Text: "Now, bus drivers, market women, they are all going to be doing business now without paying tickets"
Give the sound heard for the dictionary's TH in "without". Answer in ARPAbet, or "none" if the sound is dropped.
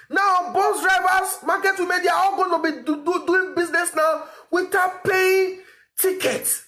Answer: T